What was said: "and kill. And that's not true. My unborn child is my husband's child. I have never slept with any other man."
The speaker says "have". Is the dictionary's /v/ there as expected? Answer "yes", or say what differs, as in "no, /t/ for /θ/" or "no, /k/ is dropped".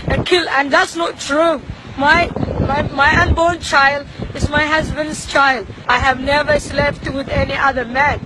yes